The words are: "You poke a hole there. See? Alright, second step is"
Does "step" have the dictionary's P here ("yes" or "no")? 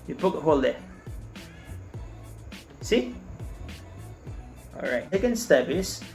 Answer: no